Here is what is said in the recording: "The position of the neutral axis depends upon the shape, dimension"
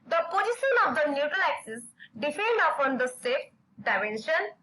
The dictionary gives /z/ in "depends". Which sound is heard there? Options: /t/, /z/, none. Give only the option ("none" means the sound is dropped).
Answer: none